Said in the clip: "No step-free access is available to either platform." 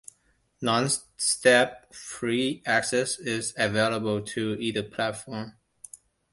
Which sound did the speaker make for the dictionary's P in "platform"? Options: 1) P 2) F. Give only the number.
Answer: 1